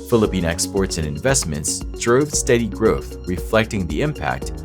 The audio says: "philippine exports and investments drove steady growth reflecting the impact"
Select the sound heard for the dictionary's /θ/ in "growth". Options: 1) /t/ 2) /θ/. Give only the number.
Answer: 2